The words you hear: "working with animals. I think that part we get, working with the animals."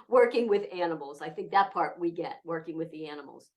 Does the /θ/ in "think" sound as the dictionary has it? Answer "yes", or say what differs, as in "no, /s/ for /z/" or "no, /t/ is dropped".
yes